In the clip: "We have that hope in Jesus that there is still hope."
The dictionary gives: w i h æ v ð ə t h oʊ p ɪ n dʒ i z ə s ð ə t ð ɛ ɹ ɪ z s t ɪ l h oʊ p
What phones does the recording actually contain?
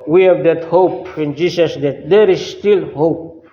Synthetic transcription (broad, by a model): w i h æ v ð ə t h oʊ p ɪ n dʒ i s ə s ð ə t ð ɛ ɹ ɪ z s t ɪ l h oʊ p